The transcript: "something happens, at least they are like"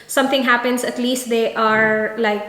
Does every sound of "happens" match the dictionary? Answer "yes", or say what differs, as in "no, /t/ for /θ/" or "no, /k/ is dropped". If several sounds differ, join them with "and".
no, /s/ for /z/